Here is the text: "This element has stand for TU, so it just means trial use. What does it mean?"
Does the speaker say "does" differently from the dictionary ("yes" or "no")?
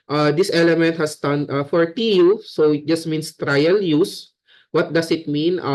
yes